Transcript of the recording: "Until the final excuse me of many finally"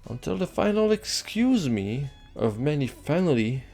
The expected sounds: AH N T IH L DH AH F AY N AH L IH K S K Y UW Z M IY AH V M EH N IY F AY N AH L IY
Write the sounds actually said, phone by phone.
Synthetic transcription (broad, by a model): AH N T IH L DH AH F AY N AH L IH K S K Y UW Z M IY AH V M EH N IY F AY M L IY